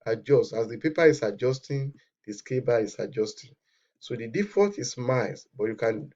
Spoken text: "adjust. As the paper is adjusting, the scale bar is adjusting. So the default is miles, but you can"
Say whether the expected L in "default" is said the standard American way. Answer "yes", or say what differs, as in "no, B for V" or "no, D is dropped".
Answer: no, L is dropped